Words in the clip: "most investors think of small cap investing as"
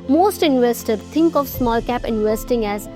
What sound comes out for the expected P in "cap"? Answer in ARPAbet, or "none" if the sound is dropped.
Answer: P